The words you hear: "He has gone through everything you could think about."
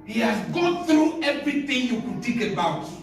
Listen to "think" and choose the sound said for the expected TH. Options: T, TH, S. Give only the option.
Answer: T